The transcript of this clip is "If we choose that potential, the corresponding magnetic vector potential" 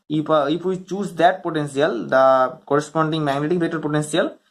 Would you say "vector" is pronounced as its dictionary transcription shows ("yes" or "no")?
no